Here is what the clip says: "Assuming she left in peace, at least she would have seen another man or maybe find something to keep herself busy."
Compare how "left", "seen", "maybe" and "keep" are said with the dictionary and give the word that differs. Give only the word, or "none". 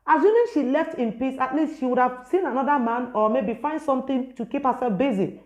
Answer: none